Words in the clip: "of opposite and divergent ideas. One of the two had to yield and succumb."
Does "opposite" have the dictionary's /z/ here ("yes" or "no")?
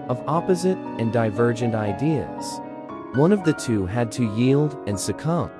yes